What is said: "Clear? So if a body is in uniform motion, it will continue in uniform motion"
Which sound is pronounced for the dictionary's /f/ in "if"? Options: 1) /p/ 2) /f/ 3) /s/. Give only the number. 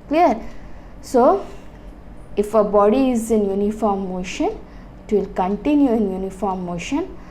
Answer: 2